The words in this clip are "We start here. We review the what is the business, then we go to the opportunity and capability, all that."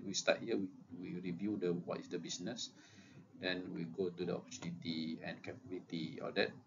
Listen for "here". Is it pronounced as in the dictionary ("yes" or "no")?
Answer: no